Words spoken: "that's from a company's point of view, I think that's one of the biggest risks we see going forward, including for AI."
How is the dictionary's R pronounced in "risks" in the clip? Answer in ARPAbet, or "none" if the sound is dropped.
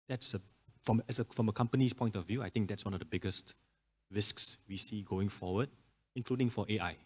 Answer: R